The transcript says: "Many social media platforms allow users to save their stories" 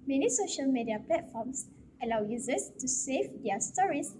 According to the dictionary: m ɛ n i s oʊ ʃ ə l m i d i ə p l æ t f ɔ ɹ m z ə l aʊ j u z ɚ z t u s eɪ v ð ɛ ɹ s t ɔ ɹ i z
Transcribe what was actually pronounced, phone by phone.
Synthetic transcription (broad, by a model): m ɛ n i s oʊ ʃ ə l m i d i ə p l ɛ t f ɔ m s ə l aʊ j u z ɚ s t u s eɪ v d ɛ s t ɔ ɹ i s